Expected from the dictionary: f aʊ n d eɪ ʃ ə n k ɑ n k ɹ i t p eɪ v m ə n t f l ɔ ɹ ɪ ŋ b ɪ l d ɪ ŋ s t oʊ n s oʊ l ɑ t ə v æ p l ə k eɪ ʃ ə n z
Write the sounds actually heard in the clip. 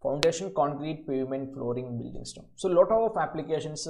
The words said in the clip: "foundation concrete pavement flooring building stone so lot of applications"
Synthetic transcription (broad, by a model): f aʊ n d eɪ ʃ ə n k ɑ n k ɹ i t p eɪ v m ə n t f l ɔ ɹ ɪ ŋ b ɪ l d ɪ ŋ s t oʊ s oʊ l ɑ t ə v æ p l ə k eɪ ʃ ə n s